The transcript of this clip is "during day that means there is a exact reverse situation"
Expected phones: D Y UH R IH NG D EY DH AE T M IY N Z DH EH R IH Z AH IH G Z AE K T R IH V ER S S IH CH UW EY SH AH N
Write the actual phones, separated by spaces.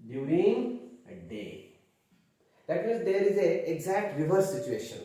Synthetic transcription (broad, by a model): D Y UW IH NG D EY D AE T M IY Z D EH R IH Z AH IH G Z AE K T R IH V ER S S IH CH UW EY SH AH N